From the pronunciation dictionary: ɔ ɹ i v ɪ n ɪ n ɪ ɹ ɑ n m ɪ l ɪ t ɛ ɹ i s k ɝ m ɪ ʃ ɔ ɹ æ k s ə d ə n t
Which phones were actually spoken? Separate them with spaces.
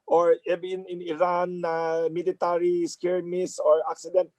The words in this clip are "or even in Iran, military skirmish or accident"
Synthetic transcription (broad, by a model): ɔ ɹ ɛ b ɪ n ɪ n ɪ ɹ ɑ n m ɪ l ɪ t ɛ ɹ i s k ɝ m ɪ s ɔ ɹ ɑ k s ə d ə n t